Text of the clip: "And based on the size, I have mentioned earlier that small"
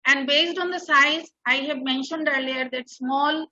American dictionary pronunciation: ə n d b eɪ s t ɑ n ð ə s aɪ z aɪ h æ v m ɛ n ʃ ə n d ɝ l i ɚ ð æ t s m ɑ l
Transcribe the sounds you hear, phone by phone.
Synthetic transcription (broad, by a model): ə n d b eɪ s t ɑ n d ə s aɪ z aɪ h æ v m ɛ n ʃ ə n d ɝ l i ɚ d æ t s m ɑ l